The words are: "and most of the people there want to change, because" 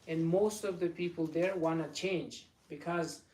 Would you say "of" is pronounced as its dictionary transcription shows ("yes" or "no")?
yes